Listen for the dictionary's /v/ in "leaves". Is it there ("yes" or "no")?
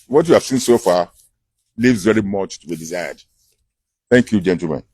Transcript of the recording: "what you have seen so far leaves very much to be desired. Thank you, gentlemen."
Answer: yes